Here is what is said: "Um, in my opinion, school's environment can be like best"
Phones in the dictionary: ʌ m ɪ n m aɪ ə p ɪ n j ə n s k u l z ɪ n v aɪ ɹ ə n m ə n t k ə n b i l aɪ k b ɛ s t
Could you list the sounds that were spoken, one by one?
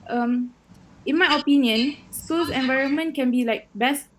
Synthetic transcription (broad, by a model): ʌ m ɪ n m aɪ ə p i n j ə n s u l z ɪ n v aɪ ɹ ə n m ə n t k ə n b i l aɪ k b ɛ s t